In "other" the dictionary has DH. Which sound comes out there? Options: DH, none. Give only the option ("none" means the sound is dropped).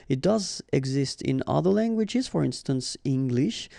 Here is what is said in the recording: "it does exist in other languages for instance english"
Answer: DH